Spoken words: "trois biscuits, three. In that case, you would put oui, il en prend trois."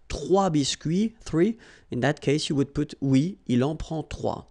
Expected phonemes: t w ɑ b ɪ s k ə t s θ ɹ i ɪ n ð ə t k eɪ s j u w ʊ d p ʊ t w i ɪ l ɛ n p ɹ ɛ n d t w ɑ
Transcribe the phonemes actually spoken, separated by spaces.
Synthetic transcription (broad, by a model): t w ɑ b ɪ s k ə θ ɹ i ɪ n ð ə t k eɪ s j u w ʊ d p ʊ t w i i l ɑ p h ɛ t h w ɑ